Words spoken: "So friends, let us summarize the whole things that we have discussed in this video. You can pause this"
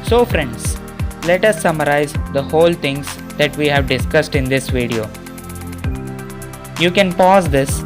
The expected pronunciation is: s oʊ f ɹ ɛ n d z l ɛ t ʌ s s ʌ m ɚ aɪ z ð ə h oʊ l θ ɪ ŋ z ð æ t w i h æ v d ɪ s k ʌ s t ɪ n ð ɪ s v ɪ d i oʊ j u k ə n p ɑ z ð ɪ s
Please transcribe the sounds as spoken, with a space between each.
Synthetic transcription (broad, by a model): s oʊ f ɹ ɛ n d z l ɛ t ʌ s s ʌ m ɚ aɪ z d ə h oʊ l t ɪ ŋ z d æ t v i h æ v d ɪ s k ʌ s t ɪ n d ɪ s v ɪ d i oʊ j u k ə n p ɑ z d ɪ s